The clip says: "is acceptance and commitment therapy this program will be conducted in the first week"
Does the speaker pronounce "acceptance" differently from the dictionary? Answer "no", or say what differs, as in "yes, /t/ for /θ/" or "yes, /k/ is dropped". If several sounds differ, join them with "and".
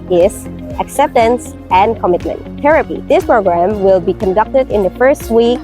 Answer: no